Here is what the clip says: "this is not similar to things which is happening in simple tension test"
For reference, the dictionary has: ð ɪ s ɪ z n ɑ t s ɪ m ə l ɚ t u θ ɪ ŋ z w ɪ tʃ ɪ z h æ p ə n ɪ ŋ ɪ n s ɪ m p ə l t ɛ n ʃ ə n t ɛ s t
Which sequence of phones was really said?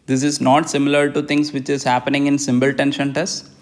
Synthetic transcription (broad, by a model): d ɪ s ɪ z n ɑ t s ɪ m ə l ɚ t u t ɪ ŋ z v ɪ tʃ ɪ z h æ p ə n ɪ ŋ ɪ n s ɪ m b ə l t ɛ n ʃ ə n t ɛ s